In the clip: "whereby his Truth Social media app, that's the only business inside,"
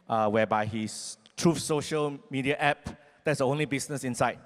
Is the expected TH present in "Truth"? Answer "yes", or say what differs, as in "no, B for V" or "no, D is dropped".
no, F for TH